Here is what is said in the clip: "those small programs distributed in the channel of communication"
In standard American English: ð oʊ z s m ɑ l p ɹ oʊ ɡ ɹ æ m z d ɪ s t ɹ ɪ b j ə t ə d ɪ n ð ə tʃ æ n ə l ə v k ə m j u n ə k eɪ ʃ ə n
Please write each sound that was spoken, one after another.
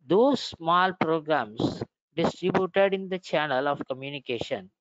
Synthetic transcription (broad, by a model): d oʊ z s m ɑ l p ɹ oʊ ɡ ɹ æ m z d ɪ s t ɹ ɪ b j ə t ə d ɪ n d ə tʃ æ n ə l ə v k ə m j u n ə k eɪ ʃ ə n